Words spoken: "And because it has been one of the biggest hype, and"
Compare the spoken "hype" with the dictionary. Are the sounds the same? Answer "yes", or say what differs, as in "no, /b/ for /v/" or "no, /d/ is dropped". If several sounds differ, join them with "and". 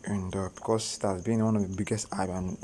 no, /b/ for /p/